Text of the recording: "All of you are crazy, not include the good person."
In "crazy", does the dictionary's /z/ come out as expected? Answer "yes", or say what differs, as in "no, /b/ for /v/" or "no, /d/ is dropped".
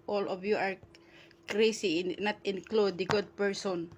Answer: no, /s/ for /z/